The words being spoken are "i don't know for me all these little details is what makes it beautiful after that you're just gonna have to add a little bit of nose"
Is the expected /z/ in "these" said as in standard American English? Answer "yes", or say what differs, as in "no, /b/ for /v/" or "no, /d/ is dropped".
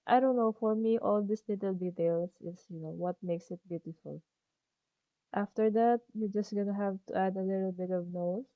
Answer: no, /s/ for /z/